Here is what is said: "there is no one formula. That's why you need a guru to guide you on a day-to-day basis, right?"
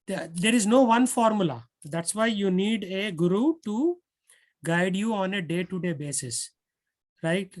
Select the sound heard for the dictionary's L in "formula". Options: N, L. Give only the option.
L